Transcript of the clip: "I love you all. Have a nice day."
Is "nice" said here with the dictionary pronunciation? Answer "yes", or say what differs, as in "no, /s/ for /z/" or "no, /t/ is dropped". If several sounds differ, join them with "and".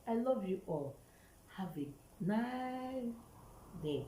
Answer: no, /s/ is dropped